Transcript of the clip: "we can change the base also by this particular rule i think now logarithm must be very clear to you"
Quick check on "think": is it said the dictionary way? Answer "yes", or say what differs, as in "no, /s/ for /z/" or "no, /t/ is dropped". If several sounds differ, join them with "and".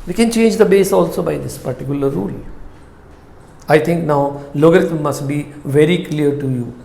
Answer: no, /t/ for /θ/